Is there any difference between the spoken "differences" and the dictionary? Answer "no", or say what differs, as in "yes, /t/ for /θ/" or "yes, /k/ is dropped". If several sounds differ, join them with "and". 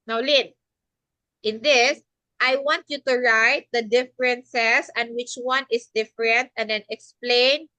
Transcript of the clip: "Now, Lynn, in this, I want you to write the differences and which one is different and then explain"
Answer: yes, /s/ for /z/